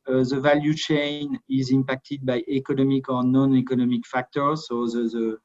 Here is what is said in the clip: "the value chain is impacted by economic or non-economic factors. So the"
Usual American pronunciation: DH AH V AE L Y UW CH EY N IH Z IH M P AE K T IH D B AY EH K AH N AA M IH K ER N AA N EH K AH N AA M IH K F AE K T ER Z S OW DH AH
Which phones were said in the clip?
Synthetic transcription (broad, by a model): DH AH V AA L Y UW CH EY N IH Z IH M P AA K T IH D B AY EH K AH N AA M IH K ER N AA N EH K AH N AA M IH K F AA K T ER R S OW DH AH